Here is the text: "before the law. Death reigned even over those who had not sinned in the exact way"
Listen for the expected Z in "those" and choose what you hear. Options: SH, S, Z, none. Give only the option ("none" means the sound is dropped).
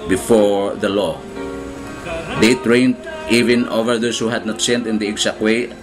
S